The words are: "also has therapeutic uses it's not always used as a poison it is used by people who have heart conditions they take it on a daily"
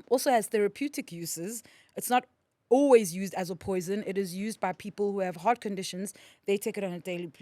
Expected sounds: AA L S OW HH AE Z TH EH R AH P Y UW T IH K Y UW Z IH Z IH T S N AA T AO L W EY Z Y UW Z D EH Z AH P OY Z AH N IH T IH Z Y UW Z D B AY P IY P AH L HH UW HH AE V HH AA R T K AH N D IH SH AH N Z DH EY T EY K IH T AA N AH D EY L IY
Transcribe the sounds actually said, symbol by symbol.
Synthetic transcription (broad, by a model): AA L S OW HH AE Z TH EH R AH P Y UW T IH K Y UW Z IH Z IH T S N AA T AO L W EY Z Y UW Z D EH Z AH P OY Z AH N IH T IH Z Y UW Z D B AY P IY P AH L HH UW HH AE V HH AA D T K AH N D IH SH AH N Z DH EY T EY K IH T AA N AH D EY L IY